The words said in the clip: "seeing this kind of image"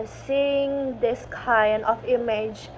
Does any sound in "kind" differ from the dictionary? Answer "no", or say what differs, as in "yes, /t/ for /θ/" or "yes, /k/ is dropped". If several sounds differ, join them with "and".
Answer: yes, /d/ is dropped